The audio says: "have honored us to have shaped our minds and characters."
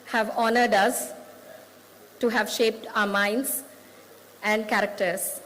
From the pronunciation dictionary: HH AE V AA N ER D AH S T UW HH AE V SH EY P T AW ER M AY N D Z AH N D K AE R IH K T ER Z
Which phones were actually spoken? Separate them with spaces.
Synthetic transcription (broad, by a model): HH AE V AA N ER D AH S T UW HH AE V SH EY P T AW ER M AY N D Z AH N D K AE R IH K T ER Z